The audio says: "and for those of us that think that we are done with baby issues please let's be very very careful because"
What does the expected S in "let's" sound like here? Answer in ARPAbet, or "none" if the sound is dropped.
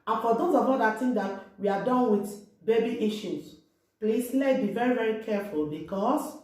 none